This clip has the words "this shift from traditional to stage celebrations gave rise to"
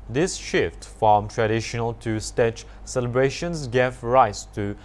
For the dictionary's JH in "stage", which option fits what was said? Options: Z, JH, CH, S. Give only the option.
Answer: CH